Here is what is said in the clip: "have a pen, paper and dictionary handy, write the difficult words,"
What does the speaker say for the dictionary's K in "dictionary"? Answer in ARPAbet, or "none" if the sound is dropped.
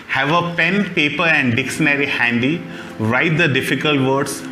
K